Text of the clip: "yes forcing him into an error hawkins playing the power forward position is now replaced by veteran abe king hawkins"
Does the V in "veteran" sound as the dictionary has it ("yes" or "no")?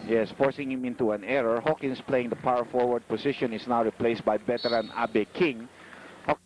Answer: no